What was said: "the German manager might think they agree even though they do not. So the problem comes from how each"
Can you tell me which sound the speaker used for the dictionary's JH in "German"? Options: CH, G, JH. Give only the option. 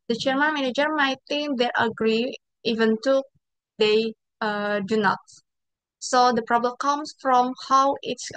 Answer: CH